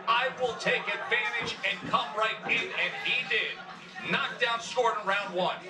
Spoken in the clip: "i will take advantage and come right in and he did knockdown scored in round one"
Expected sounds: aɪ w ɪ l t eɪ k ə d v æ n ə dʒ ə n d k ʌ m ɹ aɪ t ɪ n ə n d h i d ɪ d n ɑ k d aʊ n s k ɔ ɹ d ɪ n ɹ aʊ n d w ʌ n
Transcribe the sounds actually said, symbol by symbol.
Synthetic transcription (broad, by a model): aɪ w ɪ l t eɪ k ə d v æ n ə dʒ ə n k ʌ m ɹ aɪ t ɪ n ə n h i d ɪ d n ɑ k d aʊ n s ɔ ɹ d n ɹ aʊ n d w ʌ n